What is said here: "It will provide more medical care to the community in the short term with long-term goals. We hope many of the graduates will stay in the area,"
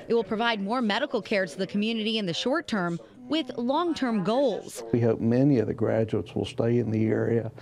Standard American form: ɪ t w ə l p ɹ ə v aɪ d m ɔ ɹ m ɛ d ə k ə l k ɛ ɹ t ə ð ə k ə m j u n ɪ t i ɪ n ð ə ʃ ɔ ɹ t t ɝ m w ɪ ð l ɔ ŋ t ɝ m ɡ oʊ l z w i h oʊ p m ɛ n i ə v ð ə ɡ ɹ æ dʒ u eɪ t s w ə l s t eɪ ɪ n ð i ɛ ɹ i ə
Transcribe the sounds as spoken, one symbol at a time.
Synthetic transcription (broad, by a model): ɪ t w ə l p ɹ ə v aɪ d m ɔ ɹ m ɛ d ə k l k ɛ ɹ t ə ð ə k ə m j u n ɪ t i ɪ n ð ə ʃ ɔ ɹ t t ɝ m w ɪ ð l ɔ ŋ t ɝ m ɡ oʊ l z w i h oʊ p m ɛ n i ə v ð ə ɡ ɹ æ dʒ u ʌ t s w ə l s t eɪ ɪ n ð i ɛ ɹ i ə